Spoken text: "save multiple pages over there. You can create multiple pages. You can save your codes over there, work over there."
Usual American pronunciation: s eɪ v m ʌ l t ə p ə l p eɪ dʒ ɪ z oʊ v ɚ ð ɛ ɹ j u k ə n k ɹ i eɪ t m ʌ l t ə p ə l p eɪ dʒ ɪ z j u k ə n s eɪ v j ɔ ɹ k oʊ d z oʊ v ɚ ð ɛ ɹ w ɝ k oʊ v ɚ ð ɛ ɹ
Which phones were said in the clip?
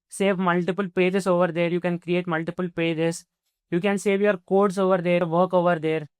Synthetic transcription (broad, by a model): s eɪ v m ʌ l t ə p ə l p eɪ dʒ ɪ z oʊ v ɚ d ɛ ɹ j u k ə n k ɹ i eɪ t m ʌ l t ə p ə l p eɪ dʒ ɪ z j u k ə n s eɪ v j ɔ ɹ k oʊ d s oʊ v ɚ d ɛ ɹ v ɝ k oʊ v ɚ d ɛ ɹ